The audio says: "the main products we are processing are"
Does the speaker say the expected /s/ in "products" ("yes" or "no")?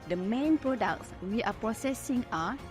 yes